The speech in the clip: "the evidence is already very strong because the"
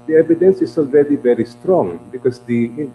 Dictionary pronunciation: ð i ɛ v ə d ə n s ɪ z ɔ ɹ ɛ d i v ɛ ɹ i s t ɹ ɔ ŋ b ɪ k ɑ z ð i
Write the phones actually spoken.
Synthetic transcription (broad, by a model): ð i ɛ v ə d ə n s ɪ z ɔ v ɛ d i v ɛ ɹ i s t ɹ ɔ ŋ b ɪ k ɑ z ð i